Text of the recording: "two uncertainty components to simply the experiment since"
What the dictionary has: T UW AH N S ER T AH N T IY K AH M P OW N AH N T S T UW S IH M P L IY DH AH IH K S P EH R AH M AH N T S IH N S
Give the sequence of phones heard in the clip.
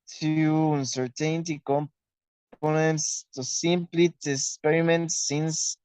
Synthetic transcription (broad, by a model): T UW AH N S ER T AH N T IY K AH M P OW N AH N T S T UW S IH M P L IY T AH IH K S P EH R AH M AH N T S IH N S